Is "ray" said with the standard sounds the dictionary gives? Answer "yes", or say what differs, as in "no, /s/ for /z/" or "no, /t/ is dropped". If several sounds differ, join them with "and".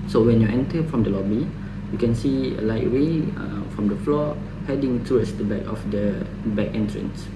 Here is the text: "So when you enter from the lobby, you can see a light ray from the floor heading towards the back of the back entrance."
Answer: no, /w/ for /ɹ/